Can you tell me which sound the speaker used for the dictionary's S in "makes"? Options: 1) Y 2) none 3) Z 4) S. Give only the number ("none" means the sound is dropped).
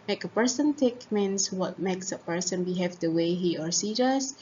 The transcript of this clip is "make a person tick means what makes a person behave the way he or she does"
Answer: 4